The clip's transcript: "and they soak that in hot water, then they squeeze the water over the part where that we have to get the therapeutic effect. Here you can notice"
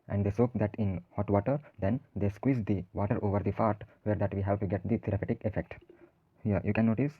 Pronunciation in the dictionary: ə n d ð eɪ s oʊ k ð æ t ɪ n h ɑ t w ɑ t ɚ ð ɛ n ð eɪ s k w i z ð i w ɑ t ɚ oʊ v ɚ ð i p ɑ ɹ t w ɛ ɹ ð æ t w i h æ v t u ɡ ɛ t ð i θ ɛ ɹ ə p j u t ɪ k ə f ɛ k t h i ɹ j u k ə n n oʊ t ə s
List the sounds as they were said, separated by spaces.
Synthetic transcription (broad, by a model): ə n d eɪ s oʊ k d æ t ɪ n h ɑ t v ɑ t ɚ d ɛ n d eɪ s k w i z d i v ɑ t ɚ oʊ v ɚ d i f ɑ ɹ t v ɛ ɹ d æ t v i h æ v t u ɡ ɛ t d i t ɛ ɹ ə p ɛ t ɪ k ə f ɛ k t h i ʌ j u k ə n n oʊ t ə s